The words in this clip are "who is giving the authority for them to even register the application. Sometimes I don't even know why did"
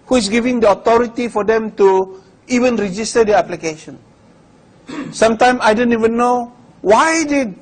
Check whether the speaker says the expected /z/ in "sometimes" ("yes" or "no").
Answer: no